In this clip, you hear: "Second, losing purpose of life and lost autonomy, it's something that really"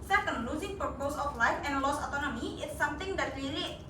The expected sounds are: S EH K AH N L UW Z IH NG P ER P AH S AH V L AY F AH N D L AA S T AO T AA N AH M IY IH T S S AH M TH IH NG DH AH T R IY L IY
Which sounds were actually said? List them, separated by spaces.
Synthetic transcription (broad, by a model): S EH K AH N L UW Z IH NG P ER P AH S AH F L AY F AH N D L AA S AO T AA N AH M IY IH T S S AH M T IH NG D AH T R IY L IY